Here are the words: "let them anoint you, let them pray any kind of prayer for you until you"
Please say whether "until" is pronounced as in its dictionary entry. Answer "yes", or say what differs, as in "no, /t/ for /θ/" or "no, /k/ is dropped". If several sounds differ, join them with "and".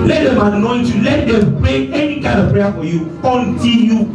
no, /n/ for /l/